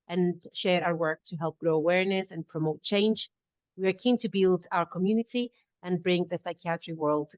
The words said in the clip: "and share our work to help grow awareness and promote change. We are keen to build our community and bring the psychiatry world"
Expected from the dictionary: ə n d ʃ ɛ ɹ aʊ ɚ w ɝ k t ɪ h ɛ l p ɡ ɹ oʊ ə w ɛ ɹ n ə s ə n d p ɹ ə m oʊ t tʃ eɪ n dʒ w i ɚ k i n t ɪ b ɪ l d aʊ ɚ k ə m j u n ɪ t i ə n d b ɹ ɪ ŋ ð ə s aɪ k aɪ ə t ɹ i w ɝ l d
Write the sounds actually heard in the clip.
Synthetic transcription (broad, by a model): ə n ʃ ɛ ɹ aʊ ɚ w ɝ k t ɪ h ɛ l p ɡ ɹ oʊ ə w ɛ ɹ n ə s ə n p ɹ ə m oʊ t tʃ eɪ n dʒ w i ɚ k i n t ɪ b ɪ l d aʊ ɚ k ə m j u n ɪ t i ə n b ɹ ɪ ŋ ð ə s aɪ k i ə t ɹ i w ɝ l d